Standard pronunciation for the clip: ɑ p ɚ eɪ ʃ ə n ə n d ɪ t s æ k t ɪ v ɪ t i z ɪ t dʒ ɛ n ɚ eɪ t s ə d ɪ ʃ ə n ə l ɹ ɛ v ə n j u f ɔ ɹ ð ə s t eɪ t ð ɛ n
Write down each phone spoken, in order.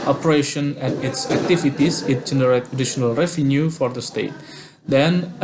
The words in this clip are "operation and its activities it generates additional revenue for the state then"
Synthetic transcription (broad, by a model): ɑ p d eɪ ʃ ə n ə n ɪ t s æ k t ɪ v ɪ t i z ɪ t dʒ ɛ n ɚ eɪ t ə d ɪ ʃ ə n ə l ɹ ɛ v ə n j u f ɔ ɹ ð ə s t eɪ t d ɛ n